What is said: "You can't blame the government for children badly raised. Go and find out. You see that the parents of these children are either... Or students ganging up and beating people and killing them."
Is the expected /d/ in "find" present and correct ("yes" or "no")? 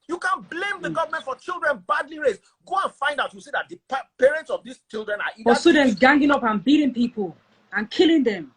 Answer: yes